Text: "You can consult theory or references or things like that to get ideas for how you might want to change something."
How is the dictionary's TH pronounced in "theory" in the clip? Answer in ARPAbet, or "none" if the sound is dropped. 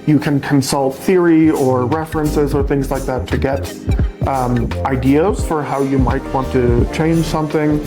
TH